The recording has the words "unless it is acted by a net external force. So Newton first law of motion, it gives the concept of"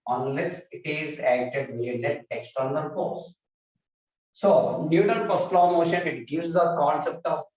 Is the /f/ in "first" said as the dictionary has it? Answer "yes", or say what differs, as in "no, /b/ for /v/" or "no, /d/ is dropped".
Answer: no, /p/ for /f/